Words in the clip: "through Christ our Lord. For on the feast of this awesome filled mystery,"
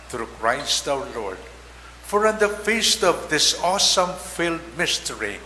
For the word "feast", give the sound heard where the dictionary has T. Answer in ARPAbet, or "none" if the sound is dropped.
T